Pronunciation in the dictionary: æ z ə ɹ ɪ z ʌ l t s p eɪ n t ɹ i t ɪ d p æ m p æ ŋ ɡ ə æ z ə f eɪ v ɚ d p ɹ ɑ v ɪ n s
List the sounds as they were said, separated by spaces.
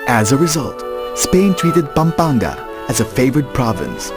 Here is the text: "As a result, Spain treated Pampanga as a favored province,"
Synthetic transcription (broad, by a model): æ z ə ɹ ɪ z ʌ l t s p eɪ n t ɹ i t ɪ d p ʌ m p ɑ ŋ ɡ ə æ z ə f eɪ v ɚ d p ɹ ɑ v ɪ n s